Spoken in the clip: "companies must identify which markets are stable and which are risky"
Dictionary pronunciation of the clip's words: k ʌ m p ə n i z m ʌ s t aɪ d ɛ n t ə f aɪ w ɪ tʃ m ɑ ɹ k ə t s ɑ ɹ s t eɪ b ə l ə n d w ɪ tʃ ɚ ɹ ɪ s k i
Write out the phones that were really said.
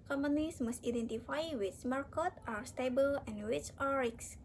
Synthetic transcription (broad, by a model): k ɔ m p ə n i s m ʌ s t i d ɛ n t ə f aɪ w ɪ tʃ m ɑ ɹ k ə t ɑ ɹ s t eɪ b ə l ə n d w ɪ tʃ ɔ ɹ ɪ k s